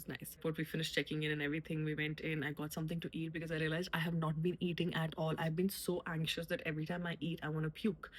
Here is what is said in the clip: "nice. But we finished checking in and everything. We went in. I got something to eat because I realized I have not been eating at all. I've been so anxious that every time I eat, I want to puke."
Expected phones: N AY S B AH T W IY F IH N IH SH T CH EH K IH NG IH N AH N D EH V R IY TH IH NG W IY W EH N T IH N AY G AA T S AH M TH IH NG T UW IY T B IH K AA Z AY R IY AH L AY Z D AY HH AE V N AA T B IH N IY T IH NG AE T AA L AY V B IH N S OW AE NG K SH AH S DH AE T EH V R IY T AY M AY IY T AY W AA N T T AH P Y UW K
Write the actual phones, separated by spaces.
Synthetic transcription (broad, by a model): N AY S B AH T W IY F IH N IH SH T CH EH K IH NG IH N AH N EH V R IY T IH NG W IY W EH N T IH N AY G AA T S AH M T IH NG T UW IY T B IH K AA Z AY R IY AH L AY Z AY HH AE V N AA T B IH N IY T IH NG AE T AA L AY V B IH N S OW AE NG K SH AH S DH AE T EH V R IY T AY M AY IY T AY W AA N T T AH P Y UW K